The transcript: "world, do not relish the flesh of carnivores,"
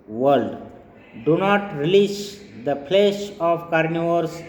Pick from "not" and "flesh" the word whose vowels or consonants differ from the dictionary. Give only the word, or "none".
flesh